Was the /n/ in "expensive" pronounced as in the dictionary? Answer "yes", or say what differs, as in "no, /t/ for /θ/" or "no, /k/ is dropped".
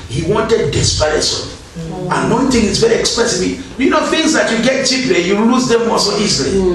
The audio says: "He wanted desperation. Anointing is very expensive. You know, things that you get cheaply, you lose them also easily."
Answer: no, /n/ is dropped